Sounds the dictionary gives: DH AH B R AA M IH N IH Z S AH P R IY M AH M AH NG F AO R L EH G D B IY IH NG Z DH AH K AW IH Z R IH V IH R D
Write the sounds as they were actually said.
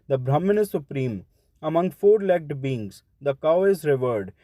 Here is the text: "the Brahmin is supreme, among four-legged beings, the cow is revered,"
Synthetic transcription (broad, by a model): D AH B R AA M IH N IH S AH P R IY M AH M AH NG F AO R L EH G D B IY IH NG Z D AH K AW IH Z R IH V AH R D